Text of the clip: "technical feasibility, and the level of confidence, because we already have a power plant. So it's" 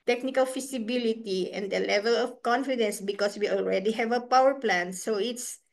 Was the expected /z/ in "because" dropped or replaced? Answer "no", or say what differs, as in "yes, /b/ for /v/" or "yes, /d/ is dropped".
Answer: yes, /s/ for /z/